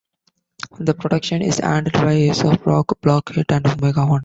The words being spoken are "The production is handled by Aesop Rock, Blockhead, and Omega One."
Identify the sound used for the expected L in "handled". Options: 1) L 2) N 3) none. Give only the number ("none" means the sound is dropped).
3